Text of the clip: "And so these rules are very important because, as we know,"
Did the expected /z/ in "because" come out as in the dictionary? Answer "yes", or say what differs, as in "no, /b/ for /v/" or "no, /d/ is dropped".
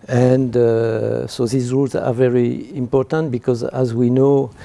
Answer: yes